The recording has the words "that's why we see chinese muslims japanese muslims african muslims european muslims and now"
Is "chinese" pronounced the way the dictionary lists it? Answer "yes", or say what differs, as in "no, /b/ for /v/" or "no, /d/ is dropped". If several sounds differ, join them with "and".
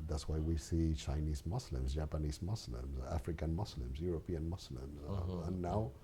yes